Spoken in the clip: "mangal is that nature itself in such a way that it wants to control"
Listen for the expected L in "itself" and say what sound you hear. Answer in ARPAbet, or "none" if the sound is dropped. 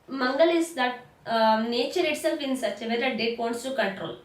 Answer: none